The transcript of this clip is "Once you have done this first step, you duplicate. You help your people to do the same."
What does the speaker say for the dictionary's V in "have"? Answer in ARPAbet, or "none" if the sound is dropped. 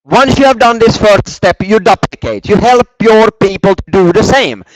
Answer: V